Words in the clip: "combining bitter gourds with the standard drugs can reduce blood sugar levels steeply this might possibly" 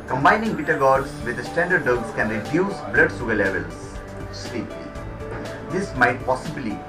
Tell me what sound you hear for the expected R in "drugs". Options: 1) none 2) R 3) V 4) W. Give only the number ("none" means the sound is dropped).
1